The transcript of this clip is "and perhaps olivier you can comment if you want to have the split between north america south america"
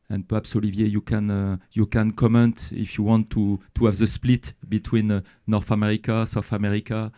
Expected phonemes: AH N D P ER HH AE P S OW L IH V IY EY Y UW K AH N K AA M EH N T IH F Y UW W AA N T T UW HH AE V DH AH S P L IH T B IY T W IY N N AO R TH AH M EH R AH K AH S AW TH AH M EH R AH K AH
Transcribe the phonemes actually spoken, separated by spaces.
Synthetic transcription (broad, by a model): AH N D P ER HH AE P S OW L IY V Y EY Y UW K AH N K AA M EH N T IH F Y UW W AA N T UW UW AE V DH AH S P L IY T B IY T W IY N N AO R TH AH M EH R AH K AH S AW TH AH M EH R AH K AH